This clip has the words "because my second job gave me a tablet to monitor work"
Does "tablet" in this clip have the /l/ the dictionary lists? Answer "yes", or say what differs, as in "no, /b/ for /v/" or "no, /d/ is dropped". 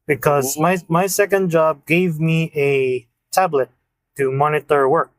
yes